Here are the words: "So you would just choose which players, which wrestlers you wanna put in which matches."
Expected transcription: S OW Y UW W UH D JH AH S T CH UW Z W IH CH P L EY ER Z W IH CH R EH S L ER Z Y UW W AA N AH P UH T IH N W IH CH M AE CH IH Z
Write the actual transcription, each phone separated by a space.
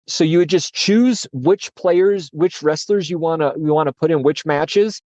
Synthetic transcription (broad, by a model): S OW Y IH W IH D JH AH S CH UW Z W IH CH P L EY ER Z W IH CH R EH S L ER Z Y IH W AA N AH P UH T IH N W IH CH M AE CH IH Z